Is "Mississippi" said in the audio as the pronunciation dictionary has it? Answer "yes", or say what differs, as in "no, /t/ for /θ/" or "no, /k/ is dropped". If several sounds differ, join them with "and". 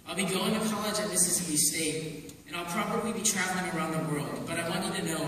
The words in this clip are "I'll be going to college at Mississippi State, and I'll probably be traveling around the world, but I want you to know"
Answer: no, /p/ is dropped